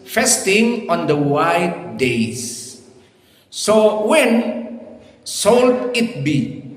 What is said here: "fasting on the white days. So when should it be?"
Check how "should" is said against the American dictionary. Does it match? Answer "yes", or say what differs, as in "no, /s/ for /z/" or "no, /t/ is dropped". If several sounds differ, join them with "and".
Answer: no, /s/ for /ʃ/